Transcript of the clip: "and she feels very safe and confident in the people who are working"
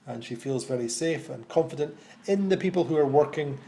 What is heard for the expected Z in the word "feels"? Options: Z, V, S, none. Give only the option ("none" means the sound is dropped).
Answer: Z